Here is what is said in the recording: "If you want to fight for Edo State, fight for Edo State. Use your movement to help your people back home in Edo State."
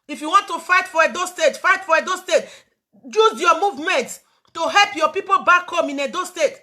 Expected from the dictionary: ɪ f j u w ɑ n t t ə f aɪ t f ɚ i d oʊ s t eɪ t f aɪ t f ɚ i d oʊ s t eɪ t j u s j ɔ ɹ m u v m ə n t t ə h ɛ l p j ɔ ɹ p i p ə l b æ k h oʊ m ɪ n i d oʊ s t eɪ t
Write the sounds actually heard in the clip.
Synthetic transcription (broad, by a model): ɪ f j u w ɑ n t t ə f aɪ t f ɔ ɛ d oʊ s t eɪ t f aɪ t f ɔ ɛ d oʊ s t eɪ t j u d j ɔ m u v m ə n t t ə h ɛ l p j ɔ p i p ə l b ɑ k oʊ m ɪ n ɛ d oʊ s t eɪ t